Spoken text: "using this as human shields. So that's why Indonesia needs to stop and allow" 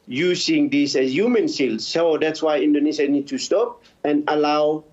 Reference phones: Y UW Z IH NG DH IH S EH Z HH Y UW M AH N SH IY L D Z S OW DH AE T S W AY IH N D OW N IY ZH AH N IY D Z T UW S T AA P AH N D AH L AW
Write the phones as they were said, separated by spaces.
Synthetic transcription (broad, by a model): Y UW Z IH NG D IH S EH S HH Y UW M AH N S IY L S OW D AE T S W AY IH N D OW N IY SH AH N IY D T UW S T AA P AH N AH L AW